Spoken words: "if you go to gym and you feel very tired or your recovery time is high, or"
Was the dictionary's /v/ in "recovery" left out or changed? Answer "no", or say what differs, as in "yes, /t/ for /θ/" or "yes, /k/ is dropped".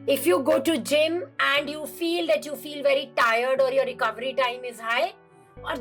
no